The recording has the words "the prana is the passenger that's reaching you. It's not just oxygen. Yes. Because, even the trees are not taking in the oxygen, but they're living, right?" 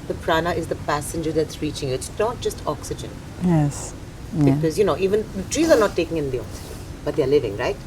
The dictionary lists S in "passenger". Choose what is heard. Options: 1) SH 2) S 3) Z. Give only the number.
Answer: 2